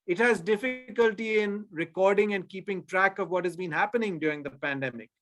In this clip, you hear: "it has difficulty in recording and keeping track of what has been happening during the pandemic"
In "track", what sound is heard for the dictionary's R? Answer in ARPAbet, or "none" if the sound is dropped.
R